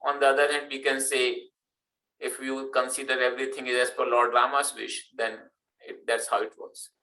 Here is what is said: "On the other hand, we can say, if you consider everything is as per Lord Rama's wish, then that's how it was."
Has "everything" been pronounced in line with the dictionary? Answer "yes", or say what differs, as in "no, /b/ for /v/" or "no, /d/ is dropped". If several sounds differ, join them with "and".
no, /t/ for /θ/